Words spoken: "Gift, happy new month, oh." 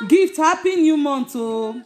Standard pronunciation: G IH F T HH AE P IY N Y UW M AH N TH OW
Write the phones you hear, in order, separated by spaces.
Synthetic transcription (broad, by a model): G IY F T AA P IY N Y UW M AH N S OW